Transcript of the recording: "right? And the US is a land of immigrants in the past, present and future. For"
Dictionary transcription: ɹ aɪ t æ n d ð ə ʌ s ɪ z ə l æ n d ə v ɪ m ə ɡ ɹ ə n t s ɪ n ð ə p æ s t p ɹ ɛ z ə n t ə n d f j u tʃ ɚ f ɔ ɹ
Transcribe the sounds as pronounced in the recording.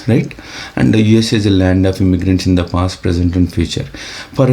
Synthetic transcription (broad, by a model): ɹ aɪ t æ n d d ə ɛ s ɪ z ə l æ n d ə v ɪ m ə ɡ ɹ ə n t s ɪ n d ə p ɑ s t p ɹ ɛ z ə n t ə n d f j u tʃ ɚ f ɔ ɹ